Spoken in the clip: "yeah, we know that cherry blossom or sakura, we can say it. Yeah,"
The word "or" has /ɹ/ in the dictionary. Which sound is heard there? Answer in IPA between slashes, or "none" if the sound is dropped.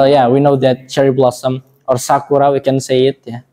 /ɹ/